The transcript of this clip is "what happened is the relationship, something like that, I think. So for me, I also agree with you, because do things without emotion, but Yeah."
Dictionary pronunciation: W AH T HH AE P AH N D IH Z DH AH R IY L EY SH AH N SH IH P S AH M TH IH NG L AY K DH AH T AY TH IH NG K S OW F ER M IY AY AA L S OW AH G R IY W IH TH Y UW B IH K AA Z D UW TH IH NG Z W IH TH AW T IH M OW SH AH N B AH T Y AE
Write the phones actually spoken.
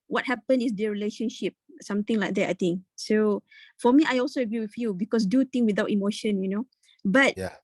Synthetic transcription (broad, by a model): W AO T HH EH P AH N IH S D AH R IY L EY SH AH N SH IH P S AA M T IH NG L AY K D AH T AY T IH NG K S OW F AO M IY AY AA L S OW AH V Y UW W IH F Y UW B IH K AA S D UW T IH NG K W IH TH AW T IH M OW SH AH N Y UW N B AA